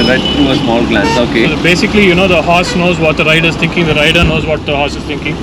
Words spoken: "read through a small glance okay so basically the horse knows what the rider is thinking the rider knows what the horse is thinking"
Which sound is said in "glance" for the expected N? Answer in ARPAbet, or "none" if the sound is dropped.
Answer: none